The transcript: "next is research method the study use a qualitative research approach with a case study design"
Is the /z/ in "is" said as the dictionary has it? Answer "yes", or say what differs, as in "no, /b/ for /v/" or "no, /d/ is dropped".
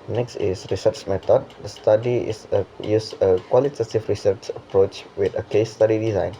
no, /s/ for /z/